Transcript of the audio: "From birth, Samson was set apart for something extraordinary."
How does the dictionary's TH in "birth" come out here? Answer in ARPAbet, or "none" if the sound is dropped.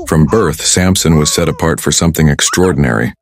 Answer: TH